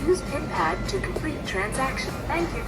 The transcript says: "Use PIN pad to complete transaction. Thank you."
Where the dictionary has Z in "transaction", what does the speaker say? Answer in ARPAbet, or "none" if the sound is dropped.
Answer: Z